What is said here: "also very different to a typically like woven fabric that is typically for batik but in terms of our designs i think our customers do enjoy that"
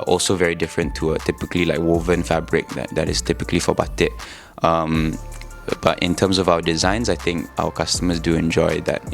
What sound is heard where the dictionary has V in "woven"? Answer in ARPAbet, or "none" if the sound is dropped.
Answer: V